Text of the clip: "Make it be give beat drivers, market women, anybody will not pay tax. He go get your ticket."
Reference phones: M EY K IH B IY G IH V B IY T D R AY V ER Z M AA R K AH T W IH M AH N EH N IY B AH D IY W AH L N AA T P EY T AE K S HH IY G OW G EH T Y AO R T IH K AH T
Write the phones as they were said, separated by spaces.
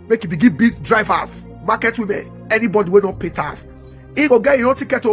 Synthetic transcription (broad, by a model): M EY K IH B IY G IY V B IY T D R AY V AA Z M AA K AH T W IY M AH N EH N IY B AH D IY W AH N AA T P EY T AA S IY G OW G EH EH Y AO T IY K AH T